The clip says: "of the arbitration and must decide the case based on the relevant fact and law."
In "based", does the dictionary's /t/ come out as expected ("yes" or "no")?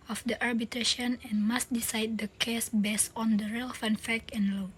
no